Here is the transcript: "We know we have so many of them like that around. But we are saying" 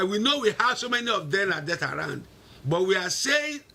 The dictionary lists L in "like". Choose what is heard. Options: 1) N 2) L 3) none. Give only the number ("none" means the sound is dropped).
1